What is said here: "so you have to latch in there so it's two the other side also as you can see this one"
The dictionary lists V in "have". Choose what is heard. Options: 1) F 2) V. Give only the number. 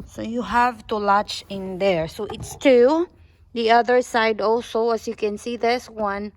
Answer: 2